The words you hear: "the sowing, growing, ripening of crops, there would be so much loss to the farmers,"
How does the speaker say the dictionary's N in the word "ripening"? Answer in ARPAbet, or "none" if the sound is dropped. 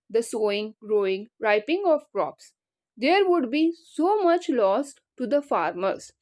none